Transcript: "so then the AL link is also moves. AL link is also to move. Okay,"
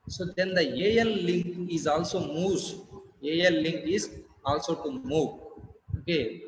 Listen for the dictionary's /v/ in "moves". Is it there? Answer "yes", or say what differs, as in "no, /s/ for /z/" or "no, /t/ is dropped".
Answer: no, /v/ is dropped